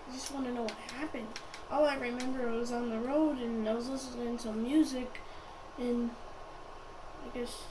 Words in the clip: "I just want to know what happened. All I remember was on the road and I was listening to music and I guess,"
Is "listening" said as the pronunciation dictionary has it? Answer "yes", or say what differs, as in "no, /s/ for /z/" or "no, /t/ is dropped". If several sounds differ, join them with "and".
no, /l/ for /n/